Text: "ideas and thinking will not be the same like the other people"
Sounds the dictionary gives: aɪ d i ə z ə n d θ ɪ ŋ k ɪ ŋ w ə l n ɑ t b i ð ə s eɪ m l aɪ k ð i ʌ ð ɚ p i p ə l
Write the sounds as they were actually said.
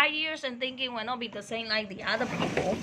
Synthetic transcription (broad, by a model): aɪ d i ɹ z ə n θ ɪ ŋ k ɪ ŋ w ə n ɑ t b i ð ə s eɪ m l aɪ k ð i ʌ ð ɚ p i p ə l